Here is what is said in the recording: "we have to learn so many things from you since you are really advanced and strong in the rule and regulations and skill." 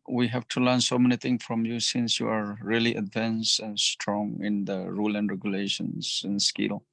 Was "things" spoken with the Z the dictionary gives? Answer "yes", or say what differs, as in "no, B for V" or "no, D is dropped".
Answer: no, Z is dropped